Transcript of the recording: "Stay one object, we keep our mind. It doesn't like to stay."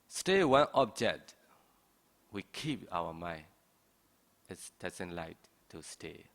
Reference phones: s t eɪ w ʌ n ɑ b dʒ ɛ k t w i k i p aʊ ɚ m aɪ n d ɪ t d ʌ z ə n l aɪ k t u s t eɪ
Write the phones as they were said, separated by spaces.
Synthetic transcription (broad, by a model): s t eɪ w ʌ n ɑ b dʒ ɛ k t w i k i p aʊ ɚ m aɪ n ɪ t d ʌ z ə n l aɪ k t u s t eɪ